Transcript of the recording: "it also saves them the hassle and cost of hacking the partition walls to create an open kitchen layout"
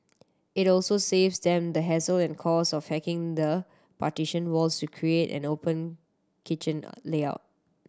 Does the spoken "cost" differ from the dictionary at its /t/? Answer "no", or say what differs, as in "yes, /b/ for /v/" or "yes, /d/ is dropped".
yes, /t/ is dropped